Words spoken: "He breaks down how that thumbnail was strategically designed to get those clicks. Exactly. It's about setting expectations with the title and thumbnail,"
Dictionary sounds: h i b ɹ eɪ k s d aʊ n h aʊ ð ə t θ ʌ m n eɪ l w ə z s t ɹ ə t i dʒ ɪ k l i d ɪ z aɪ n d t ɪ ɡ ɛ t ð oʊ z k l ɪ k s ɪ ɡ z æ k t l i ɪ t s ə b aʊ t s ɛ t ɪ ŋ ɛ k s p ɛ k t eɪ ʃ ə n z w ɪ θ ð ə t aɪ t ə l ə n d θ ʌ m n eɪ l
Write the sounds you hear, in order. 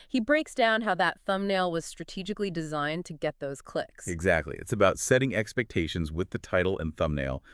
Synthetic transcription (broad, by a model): h i b ɹ eɪ k s d aʊ n h aʊ ð ə t θ ʌ m n eɪ l w ə z s t ɹ ə t i dʒ ɪ k l i d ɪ z aɪ n t ɪ ɡ ɛ t ð oʊ z k l ɪ k s ɪ ɡ z æ k t l i ɪ t s ə b aʊ t s ɛ t ɪ ŋ ɛ k s p ɛ k t eɪ ʃ ə n z w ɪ ð ə t aɪ t l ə n θ ʌ m n eɪ l